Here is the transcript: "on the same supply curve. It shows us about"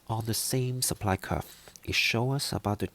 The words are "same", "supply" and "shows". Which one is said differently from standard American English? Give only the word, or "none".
shows